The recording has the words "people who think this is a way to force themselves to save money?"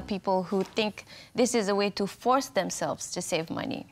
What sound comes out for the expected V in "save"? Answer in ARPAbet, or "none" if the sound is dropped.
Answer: V